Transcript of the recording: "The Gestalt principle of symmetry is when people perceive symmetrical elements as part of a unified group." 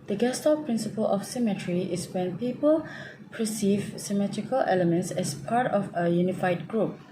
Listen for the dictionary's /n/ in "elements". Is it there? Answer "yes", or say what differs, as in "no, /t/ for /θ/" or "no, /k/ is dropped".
yes